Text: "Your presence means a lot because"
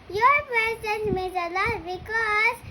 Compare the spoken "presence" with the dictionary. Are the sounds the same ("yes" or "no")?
no